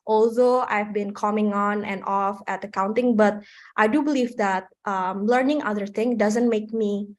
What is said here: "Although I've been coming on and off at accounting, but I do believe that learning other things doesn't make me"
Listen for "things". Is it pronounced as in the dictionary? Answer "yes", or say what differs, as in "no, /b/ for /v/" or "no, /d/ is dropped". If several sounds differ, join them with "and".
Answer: no, /z/ is dropped